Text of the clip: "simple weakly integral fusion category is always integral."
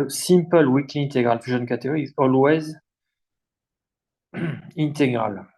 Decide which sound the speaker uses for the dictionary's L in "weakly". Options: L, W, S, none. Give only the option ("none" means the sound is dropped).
none